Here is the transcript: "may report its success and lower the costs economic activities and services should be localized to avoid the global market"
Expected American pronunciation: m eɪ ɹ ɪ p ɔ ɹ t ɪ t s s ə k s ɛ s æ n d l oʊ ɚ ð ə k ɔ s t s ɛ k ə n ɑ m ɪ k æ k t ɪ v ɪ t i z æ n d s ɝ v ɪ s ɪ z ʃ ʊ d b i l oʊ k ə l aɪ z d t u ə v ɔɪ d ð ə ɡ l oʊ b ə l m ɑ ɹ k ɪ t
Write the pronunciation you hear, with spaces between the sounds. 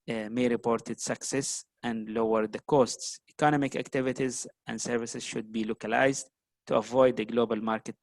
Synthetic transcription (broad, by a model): m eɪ ɹ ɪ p ɔ ɹ t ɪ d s s ə k s ɛ s æ n d l oʊ ɚ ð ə k ɔ s t s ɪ k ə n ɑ m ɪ k æ k t ɪ v ɪ t i z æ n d s ɝ v ɪ s ɪ z ʃ ʊ d b i l oʊ k ə l aɪ z d t u ə v ɔɪ d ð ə ɡ l oʊ b ə l m ɑ ɹ k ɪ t